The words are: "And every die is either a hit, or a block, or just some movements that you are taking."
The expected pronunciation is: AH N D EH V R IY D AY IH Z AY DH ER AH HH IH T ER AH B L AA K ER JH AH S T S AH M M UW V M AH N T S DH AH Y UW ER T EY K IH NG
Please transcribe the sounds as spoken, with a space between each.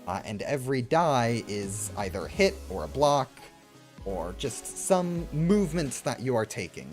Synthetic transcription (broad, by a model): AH N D EH V R IY D AY IH Z AY DH ER AH HH IH T ER AH B L AA K ER JH AH S T S AH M M UW V M AH N T S DH AH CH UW ER T EY K IH NG